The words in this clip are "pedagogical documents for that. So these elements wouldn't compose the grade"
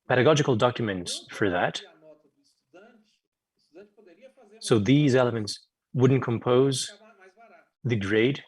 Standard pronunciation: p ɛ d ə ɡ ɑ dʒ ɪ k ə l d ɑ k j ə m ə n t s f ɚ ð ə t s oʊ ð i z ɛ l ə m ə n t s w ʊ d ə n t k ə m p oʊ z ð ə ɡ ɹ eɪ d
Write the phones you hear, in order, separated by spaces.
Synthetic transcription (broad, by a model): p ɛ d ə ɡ ɑ dʒ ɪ k l d ɑ k j ə m ə n t s f ɚ ð ə t s oʊ ð i z ɛ l ə m ə n t s w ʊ d n k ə m p oʊ z ð ə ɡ ɹ eɪ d